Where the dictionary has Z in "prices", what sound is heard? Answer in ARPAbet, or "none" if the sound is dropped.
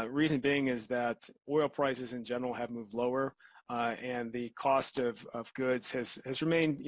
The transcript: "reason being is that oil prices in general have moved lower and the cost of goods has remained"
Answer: Z